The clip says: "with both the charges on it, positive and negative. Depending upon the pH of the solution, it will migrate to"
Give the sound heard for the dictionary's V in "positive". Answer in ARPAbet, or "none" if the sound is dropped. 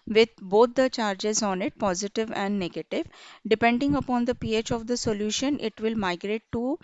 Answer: V